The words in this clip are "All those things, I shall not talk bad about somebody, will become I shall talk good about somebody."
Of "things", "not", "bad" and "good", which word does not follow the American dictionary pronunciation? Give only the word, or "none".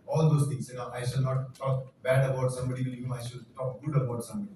things